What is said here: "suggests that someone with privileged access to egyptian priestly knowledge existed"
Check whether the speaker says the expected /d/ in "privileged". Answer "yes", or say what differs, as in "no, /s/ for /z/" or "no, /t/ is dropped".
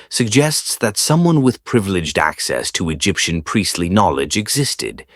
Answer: yes